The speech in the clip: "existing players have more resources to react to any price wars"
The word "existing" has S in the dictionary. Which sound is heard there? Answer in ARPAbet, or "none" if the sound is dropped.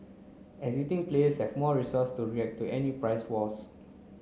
none